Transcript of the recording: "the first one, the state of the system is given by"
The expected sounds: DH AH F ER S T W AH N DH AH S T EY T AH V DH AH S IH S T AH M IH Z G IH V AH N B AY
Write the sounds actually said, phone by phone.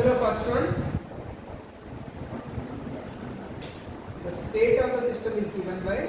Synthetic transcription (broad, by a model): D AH P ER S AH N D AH S T EY T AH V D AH S IH S T AH M IH Z G IH V AH N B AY